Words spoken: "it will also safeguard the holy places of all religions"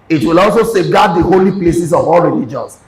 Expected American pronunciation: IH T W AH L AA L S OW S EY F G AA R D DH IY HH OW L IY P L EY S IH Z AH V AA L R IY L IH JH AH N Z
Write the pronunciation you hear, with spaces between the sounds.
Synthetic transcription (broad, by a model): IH T W AH L AA L S OW S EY G AA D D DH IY HH OW L IY P L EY S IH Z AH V AA L R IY L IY JH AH N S